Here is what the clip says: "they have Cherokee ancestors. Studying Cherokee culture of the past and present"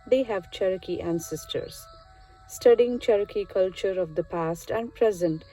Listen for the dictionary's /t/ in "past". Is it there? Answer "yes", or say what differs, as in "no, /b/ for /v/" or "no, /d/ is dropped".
yes